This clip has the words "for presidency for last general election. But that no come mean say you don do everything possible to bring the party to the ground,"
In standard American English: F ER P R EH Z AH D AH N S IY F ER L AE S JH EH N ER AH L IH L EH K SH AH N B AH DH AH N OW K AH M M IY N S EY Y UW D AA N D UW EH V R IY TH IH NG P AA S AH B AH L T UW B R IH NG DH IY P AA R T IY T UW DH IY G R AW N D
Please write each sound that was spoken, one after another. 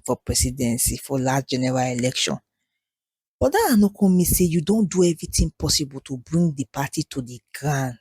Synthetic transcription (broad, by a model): F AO P R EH S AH D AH N S IY F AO L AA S JH EH N ER AH L IH L EH K SH AH N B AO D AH N OW K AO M M IY S EY Y UW D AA N D UW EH V R IY T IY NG P AA S AH B AH L T UW B R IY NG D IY P AA T IY T UW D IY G R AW N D